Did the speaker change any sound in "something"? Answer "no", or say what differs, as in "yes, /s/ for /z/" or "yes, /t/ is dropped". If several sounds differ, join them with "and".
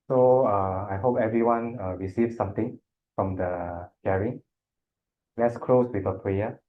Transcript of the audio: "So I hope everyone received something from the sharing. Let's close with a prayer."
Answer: yes, /t/ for /θ/